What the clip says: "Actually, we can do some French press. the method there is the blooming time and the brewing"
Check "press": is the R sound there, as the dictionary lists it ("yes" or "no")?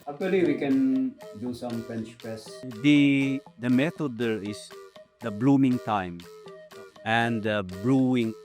no